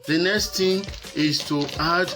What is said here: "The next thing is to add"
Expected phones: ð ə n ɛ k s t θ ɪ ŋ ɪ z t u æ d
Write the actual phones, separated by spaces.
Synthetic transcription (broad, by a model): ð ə n ɛ k s t t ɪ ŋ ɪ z t u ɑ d